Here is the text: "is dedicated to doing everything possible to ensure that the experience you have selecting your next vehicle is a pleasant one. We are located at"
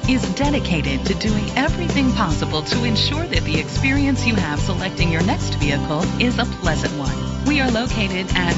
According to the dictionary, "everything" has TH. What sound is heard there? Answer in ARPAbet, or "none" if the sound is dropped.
TH